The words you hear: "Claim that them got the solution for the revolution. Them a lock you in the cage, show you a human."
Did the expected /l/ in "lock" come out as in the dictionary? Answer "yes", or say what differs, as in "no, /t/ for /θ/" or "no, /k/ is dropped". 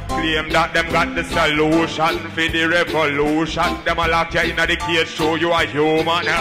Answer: yes